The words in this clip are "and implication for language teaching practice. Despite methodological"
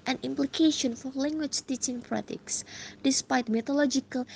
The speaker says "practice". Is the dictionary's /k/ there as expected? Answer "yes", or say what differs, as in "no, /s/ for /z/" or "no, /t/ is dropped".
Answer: no, /k/ is dropped